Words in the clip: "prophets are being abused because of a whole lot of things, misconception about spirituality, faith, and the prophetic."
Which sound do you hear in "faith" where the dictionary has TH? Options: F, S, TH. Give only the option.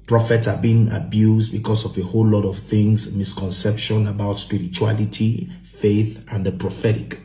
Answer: TH